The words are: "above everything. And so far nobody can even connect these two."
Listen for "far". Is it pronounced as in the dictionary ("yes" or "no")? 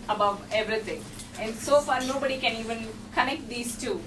yes